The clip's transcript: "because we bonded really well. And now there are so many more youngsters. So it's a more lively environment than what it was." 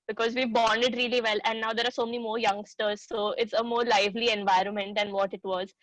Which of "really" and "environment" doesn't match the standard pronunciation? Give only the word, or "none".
none